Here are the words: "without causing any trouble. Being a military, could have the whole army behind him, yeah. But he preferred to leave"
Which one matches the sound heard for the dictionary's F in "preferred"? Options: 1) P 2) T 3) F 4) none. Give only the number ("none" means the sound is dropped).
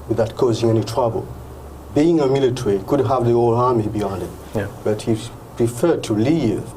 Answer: 3